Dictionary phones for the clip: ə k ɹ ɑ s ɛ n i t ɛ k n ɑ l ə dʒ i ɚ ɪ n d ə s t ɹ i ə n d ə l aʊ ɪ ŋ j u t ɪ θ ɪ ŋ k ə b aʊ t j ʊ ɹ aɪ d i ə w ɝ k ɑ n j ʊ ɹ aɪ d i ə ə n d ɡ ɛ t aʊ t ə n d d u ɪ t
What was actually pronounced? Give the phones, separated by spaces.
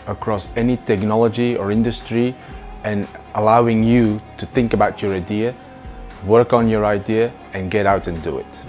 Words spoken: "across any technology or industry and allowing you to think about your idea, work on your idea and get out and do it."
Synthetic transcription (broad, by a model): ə k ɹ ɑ s ɛ n i t ɛ k n ɑ l ə dʒ i ɚ ɪ n d ə s t ɹ i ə n ə l aʊ ɪ ŋ j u t ɪ θ ɪ ŋ k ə b aʊ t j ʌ ɹ aɪ d i ə w ɝ k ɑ n j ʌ ɹ aɪ d i ə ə n ɡ ɛ t aʊ t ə n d d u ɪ t